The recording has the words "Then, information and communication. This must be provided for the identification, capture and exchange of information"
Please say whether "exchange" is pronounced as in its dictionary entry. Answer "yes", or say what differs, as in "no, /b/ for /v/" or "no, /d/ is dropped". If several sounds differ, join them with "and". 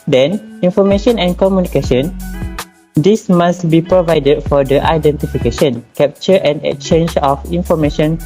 no, /s/ is dropped